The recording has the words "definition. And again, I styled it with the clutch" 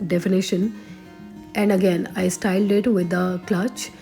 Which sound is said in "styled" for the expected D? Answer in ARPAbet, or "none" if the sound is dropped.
D